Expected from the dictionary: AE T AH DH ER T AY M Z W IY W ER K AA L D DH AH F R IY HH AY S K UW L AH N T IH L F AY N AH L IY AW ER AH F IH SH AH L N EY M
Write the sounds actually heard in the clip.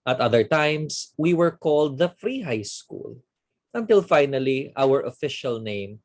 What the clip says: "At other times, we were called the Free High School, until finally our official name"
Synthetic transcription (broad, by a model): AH T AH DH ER T AY M S W IY W ER K AA L D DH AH F R IY HH AY S K UW L AH N T IH L F AY N AH L IY AW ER AH F IH SH AH L N EY M